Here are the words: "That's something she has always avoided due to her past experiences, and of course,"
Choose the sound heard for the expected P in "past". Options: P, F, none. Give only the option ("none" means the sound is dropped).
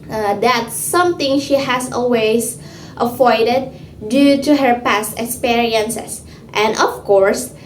P